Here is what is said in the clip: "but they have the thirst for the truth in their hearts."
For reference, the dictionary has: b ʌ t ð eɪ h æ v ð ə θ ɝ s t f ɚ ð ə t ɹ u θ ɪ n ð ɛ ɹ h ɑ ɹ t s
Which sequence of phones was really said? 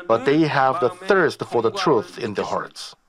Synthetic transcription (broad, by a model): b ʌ t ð eɪ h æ v ð ə θ ɝ s t f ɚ ð ə t ɹ u θ ɪ n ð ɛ ɹ h ɑ ɹ t s